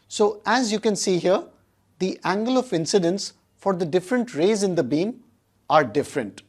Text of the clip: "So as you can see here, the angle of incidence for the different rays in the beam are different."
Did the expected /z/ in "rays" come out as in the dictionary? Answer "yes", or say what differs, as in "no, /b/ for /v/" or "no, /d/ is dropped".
yes